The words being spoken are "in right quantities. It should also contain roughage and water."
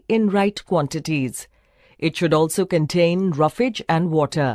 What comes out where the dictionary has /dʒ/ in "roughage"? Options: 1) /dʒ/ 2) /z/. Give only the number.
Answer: 1